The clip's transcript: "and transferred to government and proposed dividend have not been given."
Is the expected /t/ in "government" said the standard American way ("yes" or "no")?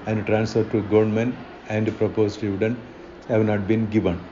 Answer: no